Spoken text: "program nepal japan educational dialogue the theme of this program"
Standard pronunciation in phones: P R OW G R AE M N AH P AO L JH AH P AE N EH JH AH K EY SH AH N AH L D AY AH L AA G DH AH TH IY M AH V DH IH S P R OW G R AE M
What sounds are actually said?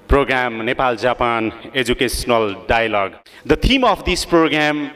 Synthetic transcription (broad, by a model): P R OW G R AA M N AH P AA L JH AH P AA N EH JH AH K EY S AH N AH L D AY AH L AA G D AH T IY M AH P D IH S P R OW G R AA M